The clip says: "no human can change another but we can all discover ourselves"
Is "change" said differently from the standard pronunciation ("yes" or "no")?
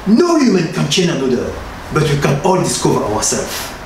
yes